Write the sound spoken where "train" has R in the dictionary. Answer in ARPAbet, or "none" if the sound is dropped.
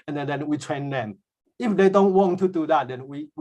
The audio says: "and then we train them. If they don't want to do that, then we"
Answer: W